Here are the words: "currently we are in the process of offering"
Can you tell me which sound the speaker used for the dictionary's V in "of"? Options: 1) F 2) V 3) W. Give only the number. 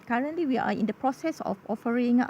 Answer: 1